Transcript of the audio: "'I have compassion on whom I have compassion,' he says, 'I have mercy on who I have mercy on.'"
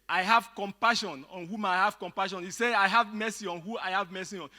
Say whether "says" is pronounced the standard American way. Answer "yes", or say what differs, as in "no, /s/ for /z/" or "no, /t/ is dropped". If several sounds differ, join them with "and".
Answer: no, /z/ is dropped